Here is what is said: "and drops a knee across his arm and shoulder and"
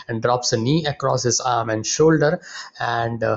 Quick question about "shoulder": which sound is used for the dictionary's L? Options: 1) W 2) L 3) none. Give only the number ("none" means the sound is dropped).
2